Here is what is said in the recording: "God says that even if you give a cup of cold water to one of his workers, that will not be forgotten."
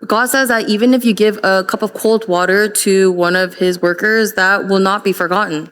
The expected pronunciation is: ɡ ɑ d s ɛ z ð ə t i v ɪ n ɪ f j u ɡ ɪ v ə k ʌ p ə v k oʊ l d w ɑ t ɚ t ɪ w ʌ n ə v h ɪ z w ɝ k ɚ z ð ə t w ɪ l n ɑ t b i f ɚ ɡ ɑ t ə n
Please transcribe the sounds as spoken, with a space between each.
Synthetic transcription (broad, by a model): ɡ ɑ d s ɛ z ð ə t i v ɪ n ɪ f j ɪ ɡ ɪ v ə k ʌ p ə v k oʊ l d w ɑ t ɚ t ɪ w ʌ n ə v ɪ z w ɝ k ɚ z ð ə t w ɪ l n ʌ t b i f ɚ ɡ ɑ t n